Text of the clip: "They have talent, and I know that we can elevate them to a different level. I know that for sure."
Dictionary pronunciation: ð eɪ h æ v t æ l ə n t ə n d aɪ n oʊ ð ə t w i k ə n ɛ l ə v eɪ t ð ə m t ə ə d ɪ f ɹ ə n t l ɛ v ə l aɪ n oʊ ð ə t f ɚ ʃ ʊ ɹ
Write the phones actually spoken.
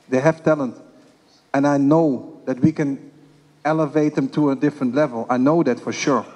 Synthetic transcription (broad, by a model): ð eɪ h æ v t æ l ə n t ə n aɪ n oʊ ð ə t w i k ə n ɛ l ə v eɪ t ð ə m t ə ə d ɪ f ɹ ə n t l ɛ v ə l aɪ n oʊ ð ə t f ɚ ʃ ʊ ɹ